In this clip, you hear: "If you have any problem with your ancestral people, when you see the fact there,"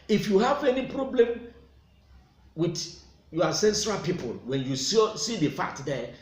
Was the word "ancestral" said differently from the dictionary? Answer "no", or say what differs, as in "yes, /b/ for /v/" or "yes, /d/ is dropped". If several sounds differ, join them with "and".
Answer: yes, /n/ is dropped